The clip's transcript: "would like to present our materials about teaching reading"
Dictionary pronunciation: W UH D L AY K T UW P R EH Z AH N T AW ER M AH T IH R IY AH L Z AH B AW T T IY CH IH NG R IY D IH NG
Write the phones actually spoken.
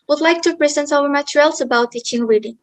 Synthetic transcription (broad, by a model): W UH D L AY K T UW P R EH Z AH N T AW ER M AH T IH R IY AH L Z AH B AW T T IY CH IH NG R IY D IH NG